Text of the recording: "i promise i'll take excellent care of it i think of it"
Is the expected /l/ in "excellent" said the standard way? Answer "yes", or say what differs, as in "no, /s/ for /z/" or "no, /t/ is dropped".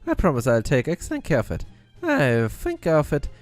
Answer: no, /l/ is dropped